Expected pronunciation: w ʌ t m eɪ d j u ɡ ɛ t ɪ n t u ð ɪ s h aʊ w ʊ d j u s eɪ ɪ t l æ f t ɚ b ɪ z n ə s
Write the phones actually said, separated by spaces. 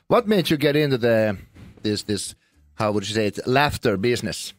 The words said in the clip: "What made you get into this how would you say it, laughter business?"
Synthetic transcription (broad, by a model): w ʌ t m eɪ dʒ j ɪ ɡ ɛ t ɪ n t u ð ɪ s h aʊ w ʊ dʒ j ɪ s eɪ ɪ t l æ f t ɚ b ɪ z n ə s